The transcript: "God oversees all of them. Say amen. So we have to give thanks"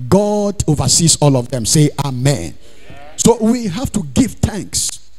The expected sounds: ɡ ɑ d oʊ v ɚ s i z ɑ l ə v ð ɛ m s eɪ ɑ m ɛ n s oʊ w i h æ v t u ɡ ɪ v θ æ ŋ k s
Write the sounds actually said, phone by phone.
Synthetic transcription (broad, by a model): ɡ ɑ d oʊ v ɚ s i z ɑ l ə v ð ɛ m s eɪ ɑ m ɛ n s oʊ w i h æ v t u ɡ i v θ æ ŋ k s